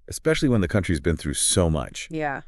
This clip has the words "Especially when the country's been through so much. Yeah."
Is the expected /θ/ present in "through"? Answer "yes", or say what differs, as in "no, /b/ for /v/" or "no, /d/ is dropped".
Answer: yes